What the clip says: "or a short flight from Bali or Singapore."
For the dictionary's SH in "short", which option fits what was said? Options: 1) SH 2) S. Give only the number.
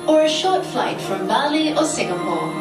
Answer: 1